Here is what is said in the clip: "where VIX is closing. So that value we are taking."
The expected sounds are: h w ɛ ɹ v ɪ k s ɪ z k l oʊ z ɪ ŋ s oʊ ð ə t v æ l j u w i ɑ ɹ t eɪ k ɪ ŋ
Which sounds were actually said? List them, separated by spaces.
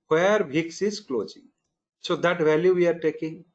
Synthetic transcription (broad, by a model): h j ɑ ɹ b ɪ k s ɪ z k l oʊ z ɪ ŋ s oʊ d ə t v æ l j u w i ɑ ɹ t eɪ k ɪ ŋ